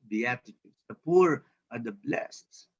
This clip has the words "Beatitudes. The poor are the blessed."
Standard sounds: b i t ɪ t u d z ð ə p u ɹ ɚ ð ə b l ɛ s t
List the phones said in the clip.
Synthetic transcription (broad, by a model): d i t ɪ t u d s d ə p u ɹ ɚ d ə b l ɛ s t